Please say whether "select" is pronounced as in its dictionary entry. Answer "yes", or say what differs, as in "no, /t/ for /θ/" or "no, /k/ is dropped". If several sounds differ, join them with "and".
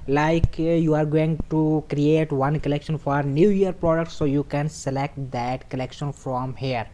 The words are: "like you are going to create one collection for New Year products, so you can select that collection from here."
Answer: yes